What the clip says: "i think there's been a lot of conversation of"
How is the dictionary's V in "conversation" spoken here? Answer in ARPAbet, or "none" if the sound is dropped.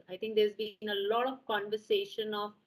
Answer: V